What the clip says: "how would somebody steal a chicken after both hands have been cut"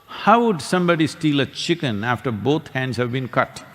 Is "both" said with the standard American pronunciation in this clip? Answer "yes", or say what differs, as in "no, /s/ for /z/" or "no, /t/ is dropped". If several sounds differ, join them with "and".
no, /t/ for /θ/